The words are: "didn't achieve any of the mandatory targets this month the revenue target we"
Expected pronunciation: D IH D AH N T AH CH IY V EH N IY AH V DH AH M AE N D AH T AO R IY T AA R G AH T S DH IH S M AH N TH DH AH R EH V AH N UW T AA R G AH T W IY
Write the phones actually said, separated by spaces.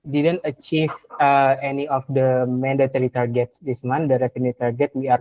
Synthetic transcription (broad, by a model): D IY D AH N T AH CH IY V EH N IY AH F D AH M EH N D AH T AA R IY T AA R G AH T S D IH S M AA N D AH R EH F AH N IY T AA R G AH T W IY